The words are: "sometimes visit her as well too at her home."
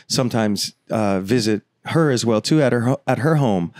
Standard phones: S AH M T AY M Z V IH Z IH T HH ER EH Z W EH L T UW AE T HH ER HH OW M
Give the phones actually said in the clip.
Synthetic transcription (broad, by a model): S AH M T AY M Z V IH Z IH T HH ER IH Z W EH L T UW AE T HH ER HH OW M